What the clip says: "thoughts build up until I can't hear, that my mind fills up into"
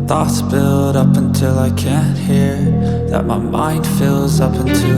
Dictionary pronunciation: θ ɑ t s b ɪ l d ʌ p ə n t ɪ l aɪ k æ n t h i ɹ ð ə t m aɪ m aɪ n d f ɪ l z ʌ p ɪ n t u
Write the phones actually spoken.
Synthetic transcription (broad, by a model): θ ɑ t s b ɪ l d ʌ p ə n t ɪ l aɪ k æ n h i ɹ ð ə t m aɪ m aɪ n d f ɪ l z ʌ p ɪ n t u